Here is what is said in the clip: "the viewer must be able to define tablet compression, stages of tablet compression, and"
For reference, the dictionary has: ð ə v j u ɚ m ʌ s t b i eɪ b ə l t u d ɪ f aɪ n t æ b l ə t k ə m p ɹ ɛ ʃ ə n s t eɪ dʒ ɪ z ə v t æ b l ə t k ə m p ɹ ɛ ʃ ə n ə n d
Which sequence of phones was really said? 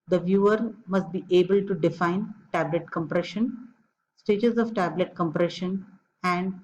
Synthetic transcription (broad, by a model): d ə v j u ɚ m ʌ s t b i eɪ b ə l t u d ɪ f aɪ n t æ b l ə t k ə m p ɹ ɛ ʃ ə n s t eɪ dʒ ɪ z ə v t æ b l ə t k ə m p ɹ ɛ ʃ ə n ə n d